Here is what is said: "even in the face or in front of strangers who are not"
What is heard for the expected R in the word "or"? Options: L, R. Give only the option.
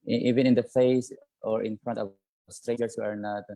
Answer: R